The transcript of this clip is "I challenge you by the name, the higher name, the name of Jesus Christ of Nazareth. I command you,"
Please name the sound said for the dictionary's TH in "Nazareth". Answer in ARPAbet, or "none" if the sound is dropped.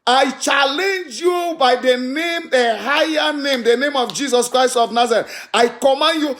T